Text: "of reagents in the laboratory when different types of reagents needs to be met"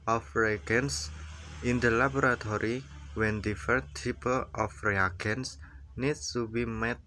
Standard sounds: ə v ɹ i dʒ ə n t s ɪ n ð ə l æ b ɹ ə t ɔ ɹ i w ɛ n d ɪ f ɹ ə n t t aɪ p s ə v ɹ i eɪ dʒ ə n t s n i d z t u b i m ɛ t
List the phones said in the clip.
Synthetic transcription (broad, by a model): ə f ɹ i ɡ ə n s ɪ n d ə l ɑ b ɹ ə t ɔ ɹ i w ɛ n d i f ə t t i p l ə f ɹ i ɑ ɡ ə n s n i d s t u b i m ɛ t